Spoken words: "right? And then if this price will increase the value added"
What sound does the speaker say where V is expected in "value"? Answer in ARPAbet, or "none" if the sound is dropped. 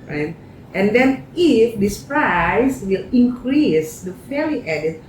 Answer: F